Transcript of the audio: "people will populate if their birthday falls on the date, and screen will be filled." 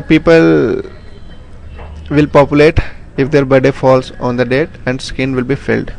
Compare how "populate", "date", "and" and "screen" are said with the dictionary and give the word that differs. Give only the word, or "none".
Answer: screen